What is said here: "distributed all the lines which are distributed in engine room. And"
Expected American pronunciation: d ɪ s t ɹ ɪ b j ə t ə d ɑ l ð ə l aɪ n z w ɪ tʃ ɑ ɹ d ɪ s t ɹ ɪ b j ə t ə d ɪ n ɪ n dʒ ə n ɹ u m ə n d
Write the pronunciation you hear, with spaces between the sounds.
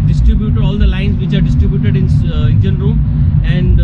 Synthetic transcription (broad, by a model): d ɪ s t ɹ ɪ b j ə t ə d ɑ l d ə l aɪ n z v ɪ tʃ ɑ ɹ d ɪ s t ɹ ɪ b j ə t ə d ɪ n ɪ n dʒ ə n ɹ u ə n d